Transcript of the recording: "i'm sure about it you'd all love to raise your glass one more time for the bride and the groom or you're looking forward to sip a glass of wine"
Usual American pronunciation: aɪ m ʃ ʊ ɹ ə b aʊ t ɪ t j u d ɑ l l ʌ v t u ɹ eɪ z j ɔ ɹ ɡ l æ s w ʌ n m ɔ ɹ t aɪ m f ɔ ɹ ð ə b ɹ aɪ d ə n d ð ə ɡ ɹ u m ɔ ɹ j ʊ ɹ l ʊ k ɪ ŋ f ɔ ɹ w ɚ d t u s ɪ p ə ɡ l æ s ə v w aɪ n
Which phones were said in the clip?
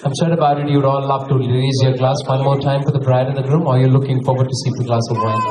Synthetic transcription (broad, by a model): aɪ m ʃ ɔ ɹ ə b aʊ t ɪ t j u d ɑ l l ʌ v t u l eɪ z j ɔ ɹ ɡ l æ s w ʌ n m ɔ ɹ t aɪ m f ɔ ɹ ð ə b ɹ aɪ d ə n d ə ɡ ɹ u m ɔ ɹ j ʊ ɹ l ʊ k ɪ ŋ f ɔ ɹ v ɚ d t u s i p ə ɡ l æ s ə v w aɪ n